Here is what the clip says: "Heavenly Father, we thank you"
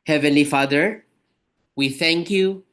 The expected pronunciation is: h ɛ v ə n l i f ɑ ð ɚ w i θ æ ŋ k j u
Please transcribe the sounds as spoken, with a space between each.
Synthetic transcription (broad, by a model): h ɛ v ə n l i f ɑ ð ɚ w i θ æ ŋ k j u